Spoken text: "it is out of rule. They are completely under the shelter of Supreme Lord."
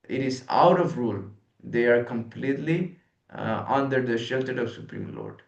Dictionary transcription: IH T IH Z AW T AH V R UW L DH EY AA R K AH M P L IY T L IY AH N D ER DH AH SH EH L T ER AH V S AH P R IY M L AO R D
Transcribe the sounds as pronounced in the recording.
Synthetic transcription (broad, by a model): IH T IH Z AW T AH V R UW L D EY AA R K AH M P L IY T L IY AH N D ER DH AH SH EH L T ER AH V S AH P R IY M L AO R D